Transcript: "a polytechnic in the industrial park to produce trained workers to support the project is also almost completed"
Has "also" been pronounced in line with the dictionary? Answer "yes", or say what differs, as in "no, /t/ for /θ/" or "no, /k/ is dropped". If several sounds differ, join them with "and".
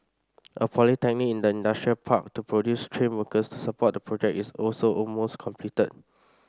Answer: yes